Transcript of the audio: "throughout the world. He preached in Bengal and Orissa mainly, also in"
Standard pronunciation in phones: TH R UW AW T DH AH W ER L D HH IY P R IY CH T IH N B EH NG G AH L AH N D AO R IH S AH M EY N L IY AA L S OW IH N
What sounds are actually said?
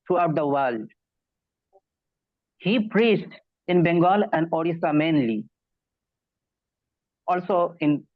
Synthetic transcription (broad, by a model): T R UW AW T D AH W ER L D HH IY P R IY CH T IH N B EH NG G AH L AH N D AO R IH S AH M EY N L IY AA L S OW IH N